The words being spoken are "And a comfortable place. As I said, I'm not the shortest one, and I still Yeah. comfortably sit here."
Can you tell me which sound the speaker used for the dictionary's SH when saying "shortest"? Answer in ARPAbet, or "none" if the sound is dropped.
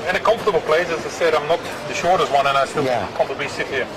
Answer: SH